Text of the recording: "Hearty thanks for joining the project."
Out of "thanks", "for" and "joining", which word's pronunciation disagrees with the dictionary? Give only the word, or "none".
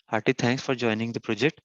thanks